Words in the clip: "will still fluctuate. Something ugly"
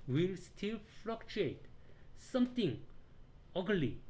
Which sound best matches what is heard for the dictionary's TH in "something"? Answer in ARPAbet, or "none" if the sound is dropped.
T